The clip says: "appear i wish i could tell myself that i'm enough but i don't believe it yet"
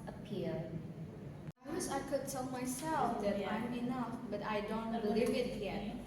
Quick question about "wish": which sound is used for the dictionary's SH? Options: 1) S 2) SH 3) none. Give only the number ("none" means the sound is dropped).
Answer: 1